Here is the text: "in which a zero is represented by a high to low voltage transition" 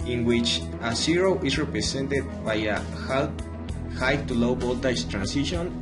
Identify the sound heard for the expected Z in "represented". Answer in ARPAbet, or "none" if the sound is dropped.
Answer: S